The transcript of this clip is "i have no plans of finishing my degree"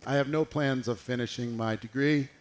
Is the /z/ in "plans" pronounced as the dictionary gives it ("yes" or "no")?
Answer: yes